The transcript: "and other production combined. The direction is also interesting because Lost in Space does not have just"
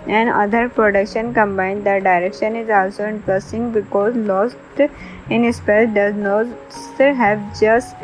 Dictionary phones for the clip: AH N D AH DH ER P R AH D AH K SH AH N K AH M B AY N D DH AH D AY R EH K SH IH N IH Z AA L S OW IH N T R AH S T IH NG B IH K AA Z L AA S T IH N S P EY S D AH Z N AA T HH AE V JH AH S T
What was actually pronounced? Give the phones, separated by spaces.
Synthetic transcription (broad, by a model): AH N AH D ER P R AH D AH K SH AH N K AH M B AY N D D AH D AY R EH K SH IH N IH Z AA L S OW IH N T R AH S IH NG B IH K AA Z L AA S T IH N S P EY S D AH Z N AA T HH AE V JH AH S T